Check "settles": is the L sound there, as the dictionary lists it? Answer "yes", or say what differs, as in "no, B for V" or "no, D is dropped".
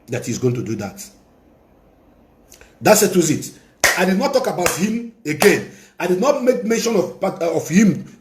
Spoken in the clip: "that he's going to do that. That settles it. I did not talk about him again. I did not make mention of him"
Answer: no, L is dropped